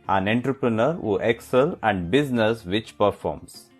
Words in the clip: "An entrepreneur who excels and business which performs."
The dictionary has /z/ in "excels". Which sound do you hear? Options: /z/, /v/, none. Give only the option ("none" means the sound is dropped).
none